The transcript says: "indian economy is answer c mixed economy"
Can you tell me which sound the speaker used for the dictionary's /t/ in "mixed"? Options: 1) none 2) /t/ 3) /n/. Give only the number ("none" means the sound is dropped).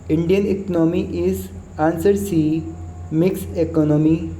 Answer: 1